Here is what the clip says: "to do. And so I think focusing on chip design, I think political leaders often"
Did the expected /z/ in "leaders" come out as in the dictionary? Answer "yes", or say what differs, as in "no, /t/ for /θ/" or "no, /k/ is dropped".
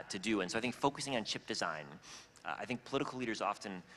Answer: yes